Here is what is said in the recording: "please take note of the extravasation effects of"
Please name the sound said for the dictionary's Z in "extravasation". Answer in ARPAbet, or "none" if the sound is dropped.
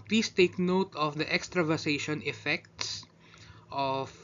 S